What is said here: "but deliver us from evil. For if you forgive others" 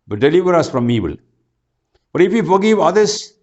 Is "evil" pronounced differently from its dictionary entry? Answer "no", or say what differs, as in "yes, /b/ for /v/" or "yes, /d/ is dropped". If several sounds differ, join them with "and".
yes, /b/ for /v/